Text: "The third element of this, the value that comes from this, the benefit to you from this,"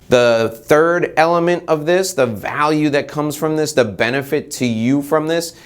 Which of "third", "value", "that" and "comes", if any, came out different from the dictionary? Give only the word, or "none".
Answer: none